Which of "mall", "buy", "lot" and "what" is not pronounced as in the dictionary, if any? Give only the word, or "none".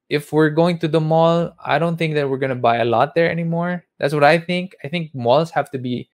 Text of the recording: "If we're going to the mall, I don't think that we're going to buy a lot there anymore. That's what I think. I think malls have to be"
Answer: none